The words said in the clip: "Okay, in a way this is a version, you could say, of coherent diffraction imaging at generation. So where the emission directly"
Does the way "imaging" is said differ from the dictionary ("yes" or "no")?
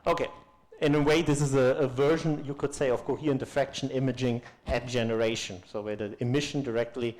no